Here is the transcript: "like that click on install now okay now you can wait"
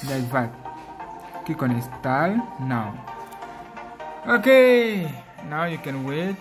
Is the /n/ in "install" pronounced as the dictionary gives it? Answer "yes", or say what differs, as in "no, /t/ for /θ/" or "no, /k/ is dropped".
no, /n/ is dropped